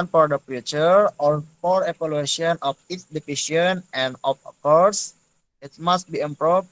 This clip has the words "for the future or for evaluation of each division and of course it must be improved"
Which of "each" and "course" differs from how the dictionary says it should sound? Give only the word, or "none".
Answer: each